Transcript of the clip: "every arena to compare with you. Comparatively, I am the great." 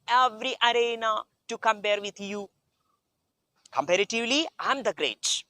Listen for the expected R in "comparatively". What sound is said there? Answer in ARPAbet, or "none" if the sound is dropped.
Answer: R